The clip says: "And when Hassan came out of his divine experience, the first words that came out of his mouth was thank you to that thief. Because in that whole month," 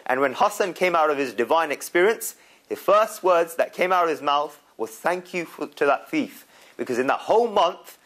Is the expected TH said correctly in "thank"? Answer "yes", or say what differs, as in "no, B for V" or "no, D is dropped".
yes